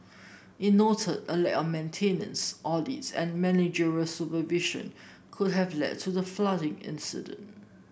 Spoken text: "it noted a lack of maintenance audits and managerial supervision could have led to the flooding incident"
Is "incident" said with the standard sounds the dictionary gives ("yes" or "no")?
yes